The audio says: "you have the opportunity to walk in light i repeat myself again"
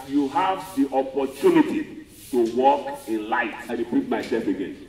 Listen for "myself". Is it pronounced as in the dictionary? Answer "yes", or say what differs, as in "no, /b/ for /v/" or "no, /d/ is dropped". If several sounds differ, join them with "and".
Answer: no, /l/ is dropped